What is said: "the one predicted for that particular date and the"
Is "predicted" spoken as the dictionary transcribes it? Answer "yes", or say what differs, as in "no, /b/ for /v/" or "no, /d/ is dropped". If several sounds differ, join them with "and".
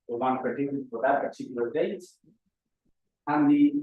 no, /ɹ/ is dropped